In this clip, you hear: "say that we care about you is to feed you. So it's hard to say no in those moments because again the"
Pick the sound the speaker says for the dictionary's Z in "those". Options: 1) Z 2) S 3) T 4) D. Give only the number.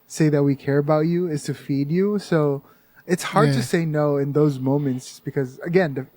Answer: 1